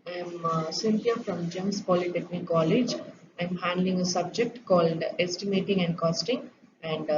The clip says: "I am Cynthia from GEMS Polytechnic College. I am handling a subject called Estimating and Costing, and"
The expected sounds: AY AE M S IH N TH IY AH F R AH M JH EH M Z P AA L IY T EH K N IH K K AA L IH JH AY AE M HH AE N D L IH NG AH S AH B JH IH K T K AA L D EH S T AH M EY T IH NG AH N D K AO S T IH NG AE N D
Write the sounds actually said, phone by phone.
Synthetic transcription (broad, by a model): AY M S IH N T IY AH F R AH M JH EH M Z P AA L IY T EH K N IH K K AA L IH JH AY M HH AE N D L IH NG AH S AH B JH IH K T K AA L D EH S T AH M EY T IH NG AH N D K AO S T IH NG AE N D